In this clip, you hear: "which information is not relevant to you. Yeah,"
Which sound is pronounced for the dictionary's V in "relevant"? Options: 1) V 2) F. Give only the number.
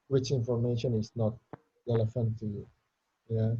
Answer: 2